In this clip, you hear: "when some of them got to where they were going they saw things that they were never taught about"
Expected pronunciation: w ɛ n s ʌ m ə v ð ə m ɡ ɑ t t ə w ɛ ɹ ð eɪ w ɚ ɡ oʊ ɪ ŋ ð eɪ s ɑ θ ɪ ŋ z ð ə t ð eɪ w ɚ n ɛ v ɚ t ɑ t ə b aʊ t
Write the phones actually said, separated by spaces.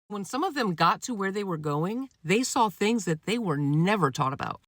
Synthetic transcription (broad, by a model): w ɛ n s ʌ m ə v ð ə m ɡ ɑ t t ə w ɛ ɹ ð eɪ w ɚ ɡ oʊ ɪ ŋ ð eɪ s ɑ θ ɪ ŋ z ð ə t ð eɪ w ɚ n ɛ v ɚ t ɑ t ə b aʊ t